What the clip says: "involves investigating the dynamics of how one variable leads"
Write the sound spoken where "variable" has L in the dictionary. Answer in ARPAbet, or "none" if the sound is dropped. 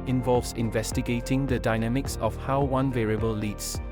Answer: L